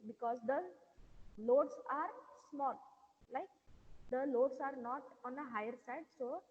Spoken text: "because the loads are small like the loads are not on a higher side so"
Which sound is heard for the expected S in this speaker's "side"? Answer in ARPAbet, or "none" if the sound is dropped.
S